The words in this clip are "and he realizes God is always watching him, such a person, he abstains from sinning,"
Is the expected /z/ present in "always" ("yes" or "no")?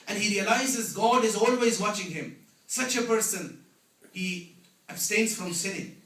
yes